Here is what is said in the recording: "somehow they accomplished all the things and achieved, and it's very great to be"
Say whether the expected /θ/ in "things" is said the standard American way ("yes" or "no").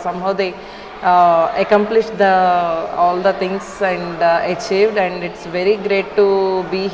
no